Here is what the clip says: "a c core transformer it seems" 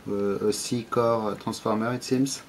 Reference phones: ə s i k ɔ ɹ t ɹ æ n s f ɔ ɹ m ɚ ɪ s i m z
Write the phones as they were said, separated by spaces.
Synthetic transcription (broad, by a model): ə s i k ɔ ɹ t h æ s f ɔ ɹ m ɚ ɪ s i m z